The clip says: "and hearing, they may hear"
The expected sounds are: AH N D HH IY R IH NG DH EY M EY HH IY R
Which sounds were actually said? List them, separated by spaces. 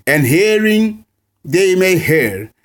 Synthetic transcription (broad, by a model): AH N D HH IY R IH NG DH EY M EY HH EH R